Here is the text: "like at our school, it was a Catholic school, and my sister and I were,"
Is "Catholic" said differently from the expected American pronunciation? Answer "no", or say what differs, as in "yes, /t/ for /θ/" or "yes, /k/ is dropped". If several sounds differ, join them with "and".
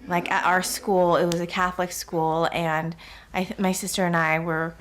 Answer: no